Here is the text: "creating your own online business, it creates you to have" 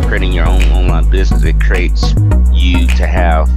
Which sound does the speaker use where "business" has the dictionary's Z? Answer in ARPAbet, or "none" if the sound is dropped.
Z